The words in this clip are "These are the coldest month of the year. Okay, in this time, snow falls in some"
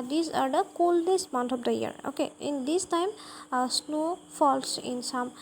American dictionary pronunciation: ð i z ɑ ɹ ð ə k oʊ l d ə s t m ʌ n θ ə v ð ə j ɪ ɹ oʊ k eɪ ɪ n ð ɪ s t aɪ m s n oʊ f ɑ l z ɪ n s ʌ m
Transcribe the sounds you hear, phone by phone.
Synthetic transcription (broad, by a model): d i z ɑ ɹ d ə k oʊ l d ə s m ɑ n t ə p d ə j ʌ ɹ oʊ k eɪ ɪ n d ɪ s t aɪ m s n oʊ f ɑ l s ɪ n s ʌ m